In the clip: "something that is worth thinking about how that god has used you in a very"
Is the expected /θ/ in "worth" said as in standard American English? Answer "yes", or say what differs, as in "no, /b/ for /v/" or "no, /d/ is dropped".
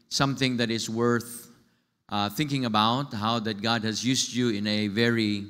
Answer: yes